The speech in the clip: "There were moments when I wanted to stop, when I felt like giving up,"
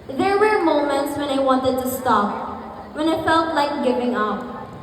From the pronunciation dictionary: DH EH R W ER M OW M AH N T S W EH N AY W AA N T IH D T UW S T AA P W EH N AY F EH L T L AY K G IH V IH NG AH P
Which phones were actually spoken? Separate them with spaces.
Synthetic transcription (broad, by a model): DH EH R W ER M OW M AH N T S W EH N AY W AA N T IH D T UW S T AA P W EH N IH F EH L T L AY K G IH V IH NG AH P